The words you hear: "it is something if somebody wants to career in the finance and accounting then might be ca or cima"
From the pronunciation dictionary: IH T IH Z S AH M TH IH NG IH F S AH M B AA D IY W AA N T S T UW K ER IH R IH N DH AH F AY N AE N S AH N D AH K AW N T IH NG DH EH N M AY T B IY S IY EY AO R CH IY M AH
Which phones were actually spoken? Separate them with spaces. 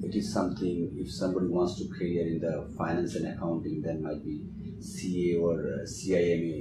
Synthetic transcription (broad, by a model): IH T IH Z S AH M T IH NG IH F S AH M B AA D IY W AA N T S T UW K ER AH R IH N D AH F AY N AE N S AH N D AH K AW N T IH NG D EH N M AY T B IY S IY EY AO R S IY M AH